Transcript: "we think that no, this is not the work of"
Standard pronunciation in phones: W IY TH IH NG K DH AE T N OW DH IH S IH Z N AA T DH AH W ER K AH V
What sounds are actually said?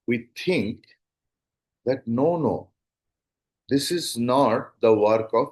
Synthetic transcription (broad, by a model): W IY T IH NG K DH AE T N OW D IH S IH Z N AA T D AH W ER K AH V